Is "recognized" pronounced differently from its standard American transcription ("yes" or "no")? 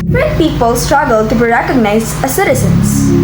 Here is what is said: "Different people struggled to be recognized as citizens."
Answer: yes